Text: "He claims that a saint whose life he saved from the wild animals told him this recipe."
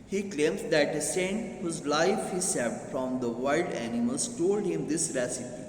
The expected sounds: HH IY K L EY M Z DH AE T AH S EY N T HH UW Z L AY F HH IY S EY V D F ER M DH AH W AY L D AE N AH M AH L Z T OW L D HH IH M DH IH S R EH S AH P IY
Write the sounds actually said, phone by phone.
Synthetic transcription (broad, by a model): HH IY K L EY M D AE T AH S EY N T HH UW Z L AY F HH IY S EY F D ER M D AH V AY L D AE N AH M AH L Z T OW L D HH IH M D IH S R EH S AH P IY